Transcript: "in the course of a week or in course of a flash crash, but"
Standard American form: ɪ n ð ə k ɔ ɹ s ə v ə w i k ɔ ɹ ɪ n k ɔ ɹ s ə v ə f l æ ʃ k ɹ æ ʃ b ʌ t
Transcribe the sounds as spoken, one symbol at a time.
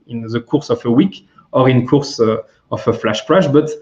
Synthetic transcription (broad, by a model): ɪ n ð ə k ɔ ɹ s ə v ə w i k ɔ ɹ ɪ n k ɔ ɹ s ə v ə f l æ ʃ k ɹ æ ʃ b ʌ t